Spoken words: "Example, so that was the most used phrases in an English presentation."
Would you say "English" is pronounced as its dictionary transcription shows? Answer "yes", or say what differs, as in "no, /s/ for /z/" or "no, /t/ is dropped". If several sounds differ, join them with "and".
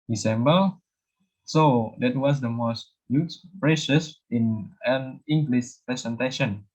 no, /s/ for /ʃ/